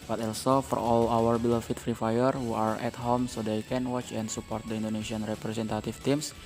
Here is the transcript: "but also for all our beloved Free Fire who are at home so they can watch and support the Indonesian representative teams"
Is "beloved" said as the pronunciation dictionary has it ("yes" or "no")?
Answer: no